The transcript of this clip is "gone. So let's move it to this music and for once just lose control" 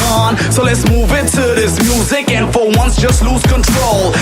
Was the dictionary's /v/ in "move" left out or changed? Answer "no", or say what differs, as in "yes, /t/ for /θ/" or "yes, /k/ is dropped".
no